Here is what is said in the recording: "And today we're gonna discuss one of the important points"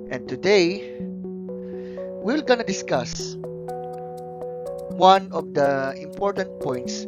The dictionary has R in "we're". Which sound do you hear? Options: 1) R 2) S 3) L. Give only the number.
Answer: 3